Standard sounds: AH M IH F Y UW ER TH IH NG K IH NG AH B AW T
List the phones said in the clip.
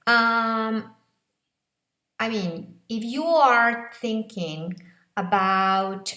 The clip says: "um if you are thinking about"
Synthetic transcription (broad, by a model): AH M IH F Y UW ER TH IH NG K IH NG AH B AW T